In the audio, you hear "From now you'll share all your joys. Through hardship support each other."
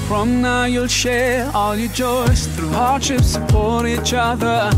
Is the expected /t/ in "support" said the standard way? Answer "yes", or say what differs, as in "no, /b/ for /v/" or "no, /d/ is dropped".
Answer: no, /t/ is dropped